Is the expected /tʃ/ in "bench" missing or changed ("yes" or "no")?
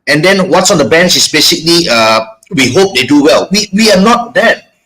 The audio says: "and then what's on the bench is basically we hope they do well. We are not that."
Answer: yes